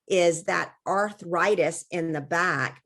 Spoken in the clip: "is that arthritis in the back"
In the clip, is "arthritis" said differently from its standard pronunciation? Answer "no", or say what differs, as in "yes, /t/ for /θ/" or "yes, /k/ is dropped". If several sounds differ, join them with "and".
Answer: no